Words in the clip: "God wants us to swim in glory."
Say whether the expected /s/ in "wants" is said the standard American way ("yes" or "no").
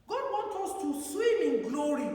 no